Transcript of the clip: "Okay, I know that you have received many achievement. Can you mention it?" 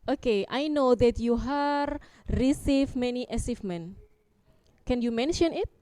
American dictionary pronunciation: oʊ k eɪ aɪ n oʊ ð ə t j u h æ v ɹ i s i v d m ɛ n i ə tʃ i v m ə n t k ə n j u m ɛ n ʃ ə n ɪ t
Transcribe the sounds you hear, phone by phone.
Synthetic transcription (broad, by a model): oʊ k eɪ aɪ n oʊ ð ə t j u h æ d ɹ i s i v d m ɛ n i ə s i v m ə n k ə n j u m ɛ n ʃ ə n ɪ t